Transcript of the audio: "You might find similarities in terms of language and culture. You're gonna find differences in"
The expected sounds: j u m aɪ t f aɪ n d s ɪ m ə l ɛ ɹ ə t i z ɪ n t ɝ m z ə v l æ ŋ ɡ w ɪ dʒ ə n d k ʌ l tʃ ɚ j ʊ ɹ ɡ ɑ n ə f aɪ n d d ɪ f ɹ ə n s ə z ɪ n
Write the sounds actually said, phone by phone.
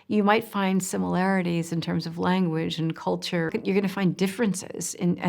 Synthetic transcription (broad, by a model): j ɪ m aɪ t f aɪ n d s ɪ m ə l ɛ ɹ ə t i z ɪ n t ɝ m z ə v l æ ŋ ɡ w ɪ dʒ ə n k ʌ l tʃ ɚ j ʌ ɹ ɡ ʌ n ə f aɪ n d d ɪ f ɹ ə n s ə z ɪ n